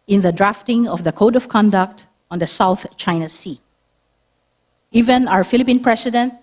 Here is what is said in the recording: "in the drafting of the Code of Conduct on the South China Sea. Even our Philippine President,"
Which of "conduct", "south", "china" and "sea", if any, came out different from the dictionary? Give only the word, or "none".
none